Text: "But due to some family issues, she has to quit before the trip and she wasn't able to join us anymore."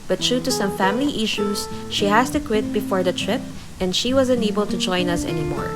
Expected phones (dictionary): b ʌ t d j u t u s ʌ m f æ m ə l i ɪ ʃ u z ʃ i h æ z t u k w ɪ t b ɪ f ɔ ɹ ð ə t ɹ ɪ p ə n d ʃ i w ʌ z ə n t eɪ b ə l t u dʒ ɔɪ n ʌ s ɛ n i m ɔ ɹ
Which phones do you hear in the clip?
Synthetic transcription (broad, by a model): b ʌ t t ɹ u t u s ʌ m f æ m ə l i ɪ ʃ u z ʃ i h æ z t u k w ɪ t b ɪ f ɔ ɹ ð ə t ɹ ɪ p ə n d ʃ i w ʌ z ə n eɪ b ə l t u dʒ ɔɪ n ʌ s ɛ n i m ɔ ɹ